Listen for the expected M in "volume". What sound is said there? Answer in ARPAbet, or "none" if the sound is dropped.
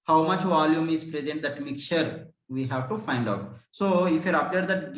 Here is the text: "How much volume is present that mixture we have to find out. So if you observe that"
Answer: M